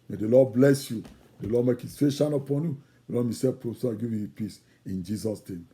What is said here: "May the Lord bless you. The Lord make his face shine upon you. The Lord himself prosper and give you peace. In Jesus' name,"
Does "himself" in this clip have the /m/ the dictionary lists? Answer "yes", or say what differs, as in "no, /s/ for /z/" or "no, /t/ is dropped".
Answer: no, /m/ is dropped